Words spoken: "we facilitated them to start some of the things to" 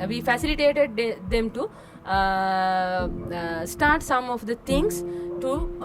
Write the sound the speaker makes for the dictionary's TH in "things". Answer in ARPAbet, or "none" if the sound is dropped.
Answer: T